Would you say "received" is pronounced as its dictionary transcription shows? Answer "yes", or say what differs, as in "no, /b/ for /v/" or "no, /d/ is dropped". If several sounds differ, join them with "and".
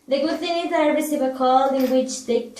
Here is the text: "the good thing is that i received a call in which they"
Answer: no, /d/ is dropped